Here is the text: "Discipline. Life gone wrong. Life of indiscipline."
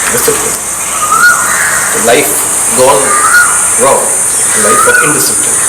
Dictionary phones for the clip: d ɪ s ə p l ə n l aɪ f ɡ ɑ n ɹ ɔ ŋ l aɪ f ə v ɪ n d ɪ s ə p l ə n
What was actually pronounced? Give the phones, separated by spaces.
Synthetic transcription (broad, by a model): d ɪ s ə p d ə l aɪ f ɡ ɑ l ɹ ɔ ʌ l aɪ f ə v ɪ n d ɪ s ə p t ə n